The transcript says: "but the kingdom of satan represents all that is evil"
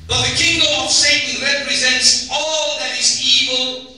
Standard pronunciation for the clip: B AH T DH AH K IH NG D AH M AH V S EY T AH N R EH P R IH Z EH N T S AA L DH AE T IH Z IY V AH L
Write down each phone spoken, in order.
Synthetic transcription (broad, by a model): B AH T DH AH K IH NG D AH M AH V S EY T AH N R EH P R IH Z EH N T S AA L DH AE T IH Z IY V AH L